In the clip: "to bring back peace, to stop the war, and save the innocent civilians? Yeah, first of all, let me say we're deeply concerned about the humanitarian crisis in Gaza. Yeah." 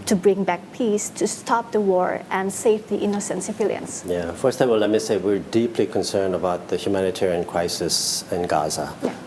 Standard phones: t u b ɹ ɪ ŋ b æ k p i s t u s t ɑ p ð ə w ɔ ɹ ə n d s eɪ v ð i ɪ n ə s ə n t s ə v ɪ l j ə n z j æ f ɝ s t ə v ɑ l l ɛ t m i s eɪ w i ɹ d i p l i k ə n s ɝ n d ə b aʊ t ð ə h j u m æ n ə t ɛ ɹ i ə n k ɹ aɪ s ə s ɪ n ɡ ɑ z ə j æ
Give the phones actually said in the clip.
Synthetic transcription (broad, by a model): t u b ɹ ɪ ŋ b æ k p i s t u s t ɑ p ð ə w ɔ ɹ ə n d s eɪ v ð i ɪ n ə s ə n t s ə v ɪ l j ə n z j æ f ɝ s t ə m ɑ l l ɛ t m i s eɪ w i ɹ d i p l i k ə n s ɝ n d ə b aʊ t ð ə h j u m æ n ə t ɛ ɹ i ə n k ɹ aɪ s ə s ɪ n ɡ ɑ z ə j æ